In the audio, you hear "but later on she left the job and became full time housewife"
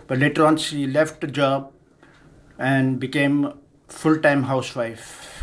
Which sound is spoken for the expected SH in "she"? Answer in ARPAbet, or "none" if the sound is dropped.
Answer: S